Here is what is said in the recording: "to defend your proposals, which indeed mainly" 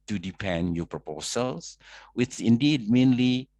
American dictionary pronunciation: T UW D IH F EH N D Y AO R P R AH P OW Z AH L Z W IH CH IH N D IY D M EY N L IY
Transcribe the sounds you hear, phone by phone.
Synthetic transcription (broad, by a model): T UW D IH P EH N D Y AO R P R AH P OW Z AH L S W IH CH IH N D IY D M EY N L IY